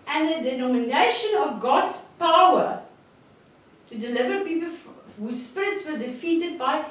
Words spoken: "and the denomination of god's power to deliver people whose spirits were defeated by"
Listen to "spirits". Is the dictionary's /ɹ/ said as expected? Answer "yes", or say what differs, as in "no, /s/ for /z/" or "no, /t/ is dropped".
yes